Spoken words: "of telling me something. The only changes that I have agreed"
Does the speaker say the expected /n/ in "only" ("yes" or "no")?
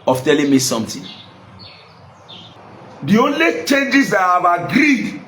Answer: yes